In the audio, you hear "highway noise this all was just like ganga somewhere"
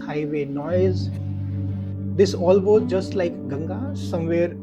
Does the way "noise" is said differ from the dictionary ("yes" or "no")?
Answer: no